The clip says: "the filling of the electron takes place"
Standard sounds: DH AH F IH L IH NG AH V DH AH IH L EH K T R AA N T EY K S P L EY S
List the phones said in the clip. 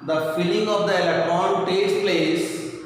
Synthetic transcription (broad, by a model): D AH F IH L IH NG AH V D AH IH L EH K T R AA N T EY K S P L EY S